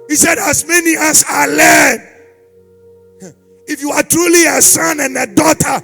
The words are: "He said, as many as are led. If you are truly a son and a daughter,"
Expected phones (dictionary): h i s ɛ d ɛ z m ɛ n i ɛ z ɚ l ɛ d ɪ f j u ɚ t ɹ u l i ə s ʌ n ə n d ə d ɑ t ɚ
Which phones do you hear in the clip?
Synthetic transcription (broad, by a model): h i s ɛ d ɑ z m ɛ n i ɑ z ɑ l ɛ d ɪ f j u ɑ t ɹ u l i ə s ʌ n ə n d ə d ɑ t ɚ